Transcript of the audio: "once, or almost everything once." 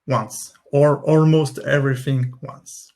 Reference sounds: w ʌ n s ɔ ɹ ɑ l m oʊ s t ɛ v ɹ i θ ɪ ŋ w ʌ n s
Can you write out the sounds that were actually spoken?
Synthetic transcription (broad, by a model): w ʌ n s ɔ ɹ ɑ l m oʊ s t ɛ v ɹ i θ ɪ ŋ w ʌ n s